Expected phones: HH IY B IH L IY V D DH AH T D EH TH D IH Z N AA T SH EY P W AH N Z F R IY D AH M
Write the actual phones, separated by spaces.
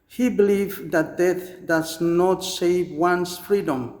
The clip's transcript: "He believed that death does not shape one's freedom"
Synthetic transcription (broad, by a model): HH IY B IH L IY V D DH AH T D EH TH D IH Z N AA T S EY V W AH N S F R IY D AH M